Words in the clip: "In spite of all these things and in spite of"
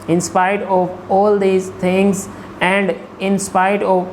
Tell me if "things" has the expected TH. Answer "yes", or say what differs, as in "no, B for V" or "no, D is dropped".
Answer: no, T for TH